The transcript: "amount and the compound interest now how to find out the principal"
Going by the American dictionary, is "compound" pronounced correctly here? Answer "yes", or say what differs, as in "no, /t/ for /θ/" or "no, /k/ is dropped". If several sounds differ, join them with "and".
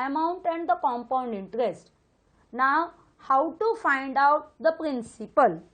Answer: yes